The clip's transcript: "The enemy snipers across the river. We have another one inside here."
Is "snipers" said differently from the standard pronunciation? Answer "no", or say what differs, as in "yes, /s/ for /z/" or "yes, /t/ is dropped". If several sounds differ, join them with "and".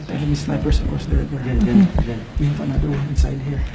yes, /s/ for /z/